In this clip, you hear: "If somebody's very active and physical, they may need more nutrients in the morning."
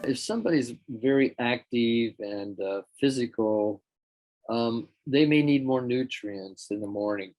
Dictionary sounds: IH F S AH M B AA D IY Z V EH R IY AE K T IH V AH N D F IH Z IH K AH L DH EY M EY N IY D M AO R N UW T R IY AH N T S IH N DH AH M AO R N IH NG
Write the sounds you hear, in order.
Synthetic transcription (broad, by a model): IH F S AH M B AA D IY Z V EH R IY AE K T IH V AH N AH F IH Z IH K AH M DH EY M EY N IY D M AO R N UW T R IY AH N S IH N DH AH M AO R N IH NG